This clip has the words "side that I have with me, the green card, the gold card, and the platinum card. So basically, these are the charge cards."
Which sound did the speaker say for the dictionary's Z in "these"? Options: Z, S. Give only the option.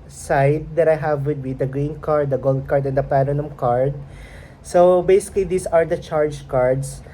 S